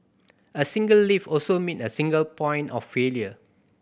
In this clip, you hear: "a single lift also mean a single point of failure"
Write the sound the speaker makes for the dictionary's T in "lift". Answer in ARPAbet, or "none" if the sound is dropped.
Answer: none